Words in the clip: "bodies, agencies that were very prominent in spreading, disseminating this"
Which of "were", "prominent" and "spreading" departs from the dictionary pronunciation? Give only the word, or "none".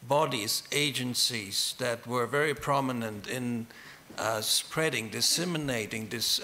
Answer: none